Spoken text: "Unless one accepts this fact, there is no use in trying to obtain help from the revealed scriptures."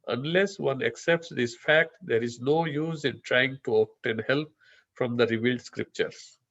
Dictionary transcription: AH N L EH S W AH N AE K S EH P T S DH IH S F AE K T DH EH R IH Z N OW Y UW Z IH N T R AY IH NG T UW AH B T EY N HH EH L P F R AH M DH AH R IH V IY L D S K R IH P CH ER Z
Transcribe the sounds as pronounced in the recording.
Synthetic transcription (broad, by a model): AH N L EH S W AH N AE K S EH P T S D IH S F AE K T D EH R IH Z N OW Y UW Z IH N T R AY IH NG T UW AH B T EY N HH EH L P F R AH M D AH R IH V IY L D S K R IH P CH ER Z